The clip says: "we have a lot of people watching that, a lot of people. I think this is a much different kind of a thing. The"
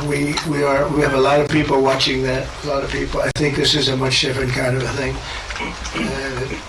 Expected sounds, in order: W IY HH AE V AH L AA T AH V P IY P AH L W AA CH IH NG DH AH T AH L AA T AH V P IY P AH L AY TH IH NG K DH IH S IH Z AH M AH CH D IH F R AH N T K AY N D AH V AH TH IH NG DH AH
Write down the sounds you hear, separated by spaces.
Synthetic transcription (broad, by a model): W IY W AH V AH L AA T AH V P IY P L W AA CH IH NG DH AH T AH L AA T AH V P IY P L AY TH IH NG K DH IH S IH Z AH M AH CH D IH F R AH N K AY N D AH V AH TH IH NG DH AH